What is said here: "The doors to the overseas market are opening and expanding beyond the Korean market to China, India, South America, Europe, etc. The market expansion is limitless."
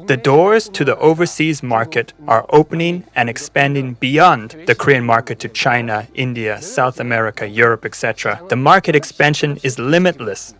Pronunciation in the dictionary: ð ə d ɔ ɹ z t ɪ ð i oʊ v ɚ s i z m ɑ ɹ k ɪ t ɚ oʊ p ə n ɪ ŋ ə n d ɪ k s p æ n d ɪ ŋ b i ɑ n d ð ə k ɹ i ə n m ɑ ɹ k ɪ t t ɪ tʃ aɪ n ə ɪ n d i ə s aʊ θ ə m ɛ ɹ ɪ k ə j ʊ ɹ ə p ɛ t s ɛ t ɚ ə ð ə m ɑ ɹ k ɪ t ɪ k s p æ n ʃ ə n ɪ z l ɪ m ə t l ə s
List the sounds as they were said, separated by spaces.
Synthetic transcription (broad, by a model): ð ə d ɔ ɹ z t ɪ ð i oʊ v ɚ s i z m ɑ ɹ k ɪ t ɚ oʊ p ə n ɪ ŋ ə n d ɪ k s p æ n d ɪ ŋ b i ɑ n ð ə k ɹ i ə n m ɑ ɹ k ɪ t t ɪ tʃ aɪ n ə ɪ n d i ə s aʊ θ ə m ɛ ɹ ɪ k ə j ʊ ɹ ə p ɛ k s ɛ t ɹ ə ð ə m ɑ ɹ k ɪ t ɪ k s p æ n ʃ ə n ɪ z l ɪ m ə t l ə s